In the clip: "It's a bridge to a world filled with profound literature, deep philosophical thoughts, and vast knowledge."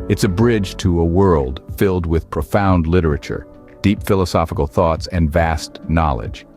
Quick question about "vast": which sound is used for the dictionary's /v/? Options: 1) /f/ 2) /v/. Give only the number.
2